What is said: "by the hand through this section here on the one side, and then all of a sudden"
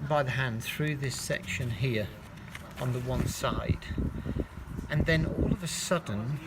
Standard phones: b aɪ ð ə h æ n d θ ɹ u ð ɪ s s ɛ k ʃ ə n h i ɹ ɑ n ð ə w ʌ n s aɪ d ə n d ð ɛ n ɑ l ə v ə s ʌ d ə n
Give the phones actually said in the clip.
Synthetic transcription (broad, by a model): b aɪ ð ə h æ n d θ ɹ u ð ɪ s s ɛ k ʃ ə n h i ɹ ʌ n ð ə w ʌ n s aɪ d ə n ð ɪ n ɑ l ə v ə s ʌ d n